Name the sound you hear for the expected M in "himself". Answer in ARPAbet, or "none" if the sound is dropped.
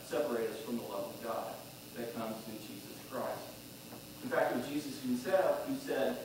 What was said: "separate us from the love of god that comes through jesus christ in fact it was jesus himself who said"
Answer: none